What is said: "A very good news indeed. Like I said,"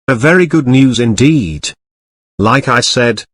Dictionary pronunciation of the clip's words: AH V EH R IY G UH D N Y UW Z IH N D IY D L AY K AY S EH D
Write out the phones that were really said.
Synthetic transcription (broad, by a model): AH V EH R IY G UH D N Y UW Z IH N D IY D L AY K AY S EH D